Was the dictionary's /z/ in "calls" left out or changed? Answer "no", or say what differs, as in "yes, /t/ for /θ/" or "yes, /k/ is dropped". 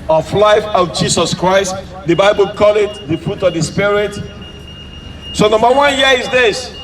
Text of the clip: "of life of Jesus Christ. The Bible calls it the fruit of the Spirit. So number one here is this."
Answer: yes, /z/ is dropped